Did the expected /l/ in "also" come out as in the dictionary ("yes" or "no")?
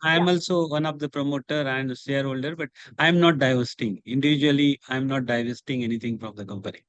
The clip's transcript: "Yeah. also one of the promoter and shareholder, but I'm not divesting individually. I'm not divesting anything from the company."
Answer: yes